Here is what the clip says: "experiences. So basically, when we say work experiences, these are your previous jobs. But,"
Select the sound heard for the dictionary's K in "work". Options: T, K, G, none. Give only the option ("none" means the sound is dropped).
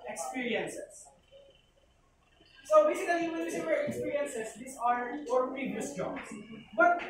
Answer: none